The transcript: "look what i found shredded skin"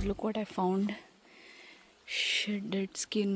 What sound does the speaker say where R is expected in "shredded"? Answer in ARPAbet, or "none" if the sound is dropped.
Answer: none